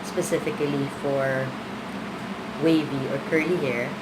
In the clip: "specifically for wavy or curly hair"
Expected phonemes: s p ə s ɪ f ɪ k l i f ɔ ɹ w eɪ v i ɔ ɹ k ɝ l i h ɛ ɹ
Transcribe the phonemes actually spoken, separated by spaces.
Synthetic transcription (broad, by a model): s p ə s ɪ f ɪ k l i f ɔ ɹ w eɪ v i ɔ ɹ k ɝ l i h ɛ ɹ